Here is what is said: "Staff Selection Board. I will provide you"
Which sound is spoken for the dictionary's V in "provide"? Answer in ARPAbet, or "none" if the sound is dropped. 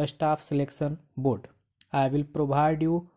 B